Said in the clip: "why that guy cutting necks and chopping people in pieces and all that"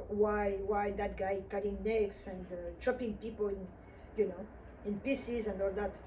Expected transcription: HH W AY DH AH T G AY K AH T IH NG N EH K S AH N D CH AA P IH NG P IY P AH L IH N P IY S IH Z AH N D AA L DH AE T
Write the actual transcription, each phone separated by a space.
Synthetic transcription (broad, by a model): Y W AY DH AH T G AY K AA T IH NG N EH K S AH N D CH AA P IH NG P IY P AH N IH N P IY S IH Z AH N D AA L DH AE T